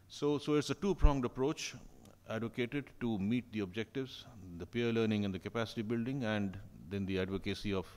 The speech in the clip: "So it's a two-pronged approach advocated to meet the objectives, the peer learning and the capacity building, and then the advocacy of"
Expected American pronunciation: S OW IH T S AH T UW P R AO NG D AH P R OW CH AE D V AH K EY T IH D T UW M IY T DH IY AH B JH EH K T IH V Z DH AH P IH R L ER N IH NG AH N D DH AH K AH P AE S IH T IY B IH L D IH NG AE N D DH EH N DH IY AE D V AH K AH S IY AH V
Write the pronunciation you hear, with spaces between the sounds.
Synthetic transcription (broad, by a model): S OW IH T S AH T UW P R AO NG D AH P R OW CH AE D V AH K EY T IH D T UW M IY T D IY AH B JH EH K T IH V Z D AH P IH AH L ER N IH NG AH N D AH K AH P AE S IH T IY B IH L D IH NG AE N D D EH N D IY AE D V AH K AH S IY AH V